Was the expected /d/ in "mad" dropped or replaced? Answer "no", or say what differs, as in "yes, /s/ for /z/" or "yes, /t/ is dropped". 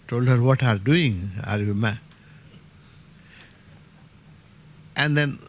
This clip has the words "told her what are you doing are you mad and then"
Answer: yes, /d/ is dropped